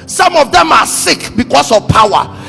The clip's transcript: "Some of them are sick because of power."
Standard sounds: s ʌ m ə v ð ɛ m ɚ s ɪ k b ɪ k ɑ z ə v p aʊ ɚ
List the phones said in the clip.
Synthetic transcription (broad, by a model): s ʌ m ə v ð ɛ m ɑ s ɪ k b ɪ k ɑ s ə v p aʊ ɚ